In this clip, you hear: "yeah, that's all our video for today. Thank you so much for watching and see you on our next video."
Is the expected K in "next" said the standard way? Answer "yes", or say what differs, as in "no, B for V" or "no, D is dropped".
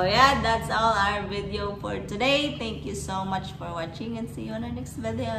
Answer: yes